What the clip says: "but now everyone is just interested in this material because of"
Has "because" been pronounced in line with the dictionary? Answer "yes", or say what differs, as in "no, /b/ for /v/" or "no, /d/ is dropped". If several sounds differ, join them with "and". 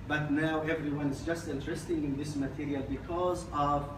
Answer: yes